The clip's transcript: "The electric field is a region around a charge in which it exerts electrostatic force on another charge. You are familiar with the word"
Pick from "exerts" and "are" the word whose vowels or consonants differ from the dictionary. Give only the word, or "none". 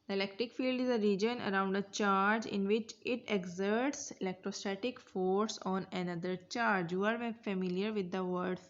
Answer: none